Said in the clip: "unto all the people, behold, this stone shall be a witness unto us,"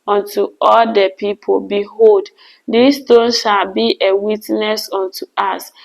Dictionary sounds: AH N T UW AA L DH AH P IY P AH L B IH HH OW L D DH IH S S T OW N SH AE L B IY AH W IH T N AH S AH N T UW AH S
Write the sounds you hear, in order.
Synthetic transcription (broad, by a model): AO N T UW AA L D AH P IY P AH L B IH HH OW L D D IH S S T OW N SH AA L B IY AH W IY T N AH S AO N T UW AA S